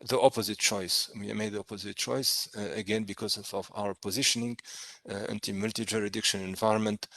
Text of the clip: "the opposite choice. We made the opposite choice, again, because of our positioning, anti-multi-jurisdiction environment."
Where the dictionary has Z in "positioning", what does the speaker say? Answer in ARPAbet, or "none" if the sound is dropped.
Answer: Z